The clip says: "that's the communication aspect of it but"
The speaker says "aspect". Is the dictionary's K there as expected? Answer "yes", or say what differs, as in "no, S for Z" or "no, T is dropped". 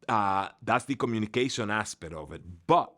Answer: no, K is dropped